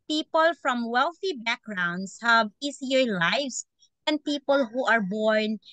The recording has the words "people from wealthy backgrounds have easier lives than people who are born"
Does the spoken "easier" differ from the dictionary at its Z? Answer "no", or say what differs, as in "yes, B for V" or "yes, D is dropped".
yes, S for Z